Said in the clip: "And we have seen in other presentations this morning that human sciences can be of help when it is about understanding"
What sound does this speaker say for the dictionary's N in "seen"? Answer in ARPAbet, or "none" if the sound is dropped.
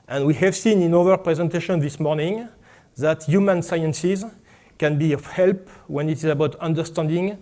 N